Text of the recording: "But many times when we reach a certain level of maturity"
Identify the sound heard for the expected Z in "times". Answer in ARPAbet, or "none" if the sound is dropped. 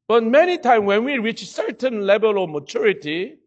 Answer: none